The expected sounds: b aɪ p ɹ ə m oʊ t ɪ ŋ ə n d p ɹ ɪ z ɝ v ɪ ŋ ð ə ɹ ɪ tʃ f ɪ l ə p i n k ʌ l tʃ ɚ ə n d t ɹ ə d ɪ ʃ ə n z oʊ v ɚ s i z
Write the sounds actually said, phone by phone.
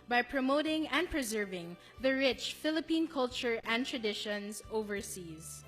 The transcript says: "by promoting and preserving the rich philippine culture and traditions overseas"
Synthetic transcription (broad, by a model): b aɪ p ɹ ə m oʊ t ɪ ŋ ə n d p ɹ ɪ z ɝ v ɪ ŋ ð ə ɹ ɪ tʃ f ɪ l ə p i n k ʌ l tʃ ɚ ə n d t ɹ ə d ɪ ʃ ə n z oʊ v ɚ s i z